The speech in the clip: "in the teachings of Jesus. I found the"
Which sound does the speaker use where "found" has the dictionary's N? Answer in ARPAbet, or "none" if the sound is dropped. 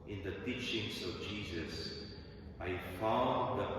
none